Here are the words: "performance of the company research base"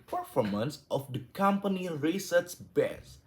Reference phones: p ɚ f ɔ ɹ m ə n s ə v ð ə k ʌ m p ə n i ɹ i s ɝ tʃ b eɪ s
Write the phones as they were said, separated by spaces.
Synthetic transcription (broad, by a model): p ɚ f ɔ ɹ m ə n s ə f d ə k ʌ m p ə n i ɹ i s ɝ s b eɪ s